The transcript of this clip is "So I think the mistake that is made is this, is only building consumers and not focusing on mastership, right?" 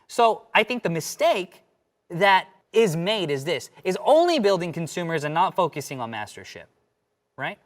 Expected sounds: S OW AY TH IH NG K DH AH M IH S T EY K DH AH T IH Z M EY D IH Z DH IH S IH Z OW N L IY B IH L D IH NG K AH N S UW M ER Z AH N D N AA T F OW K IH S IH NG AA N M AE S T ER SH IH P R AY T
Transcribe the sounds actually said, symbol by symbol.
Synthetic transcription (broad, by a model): S OW AY TH IH NG K DH AH M IH S T EY K DH AH T IH Z M EY D IH Z DH IH S IH Z OW N L IY B IH L D IH NG K N S UW M ER Z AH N N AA T F OW K IH S IH NG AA N M AE S T ER SH IH P R AY T